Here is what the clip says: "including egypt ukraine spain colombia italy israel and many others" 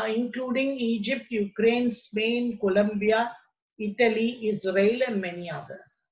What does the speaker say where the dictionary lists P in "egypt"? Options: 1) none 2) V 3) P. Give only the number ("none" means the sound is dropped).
3